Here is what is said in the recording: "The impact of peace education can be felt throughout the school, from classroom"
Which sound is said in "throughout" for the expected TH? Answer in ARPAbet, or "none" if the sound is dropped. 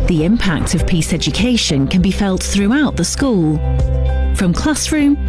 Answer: TH